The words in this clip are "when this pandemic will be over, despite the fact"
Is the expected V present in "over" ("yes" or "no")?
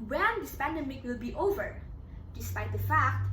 yes